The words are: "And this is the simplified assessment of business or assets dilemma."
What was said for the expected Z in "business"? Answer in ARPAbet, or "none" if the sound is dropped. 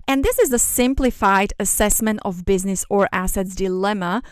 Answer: Z